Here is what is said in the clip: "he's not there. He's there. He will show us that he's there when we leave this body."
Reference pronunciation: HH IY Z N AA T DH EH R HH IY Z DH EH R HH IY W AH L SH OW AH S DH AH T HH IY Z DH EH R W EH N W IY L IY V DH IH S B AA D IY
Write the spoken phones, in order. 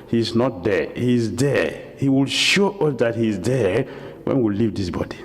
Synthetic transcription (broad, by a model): HH IY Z N AA T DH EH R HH IY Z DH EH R HH IY W AH L SH OW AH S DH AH T HH IY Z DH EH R W EH N W IY L IY V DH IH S B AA D IY